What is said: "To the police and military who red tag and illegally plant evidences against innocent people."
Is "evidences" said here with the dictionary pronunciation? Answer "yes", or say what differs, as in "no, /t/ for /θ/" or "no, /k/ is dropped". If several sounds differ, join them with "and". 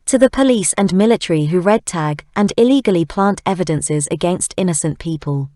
yes